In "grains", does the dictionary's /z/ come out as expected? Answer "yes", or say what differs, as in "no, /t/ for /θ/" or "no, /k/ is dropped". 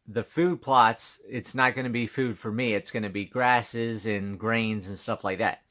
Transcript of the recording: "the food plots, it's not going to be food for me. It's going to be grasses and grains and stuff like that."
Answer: yes